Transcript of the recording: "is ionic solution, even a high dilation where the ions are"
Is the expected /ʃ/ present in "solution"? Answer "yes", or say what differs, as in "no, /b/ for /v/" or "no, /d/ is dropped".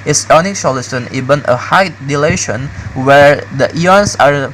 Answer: no, /s/ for /ʃ/